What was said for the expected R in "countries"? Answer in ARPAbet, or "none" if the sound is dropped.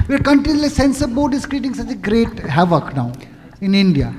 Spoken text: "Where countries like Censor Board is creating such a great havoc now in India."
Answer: none